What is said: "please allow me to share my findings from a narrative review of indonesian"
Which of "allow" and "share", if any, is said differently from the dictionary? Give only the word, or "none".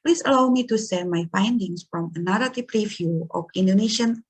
share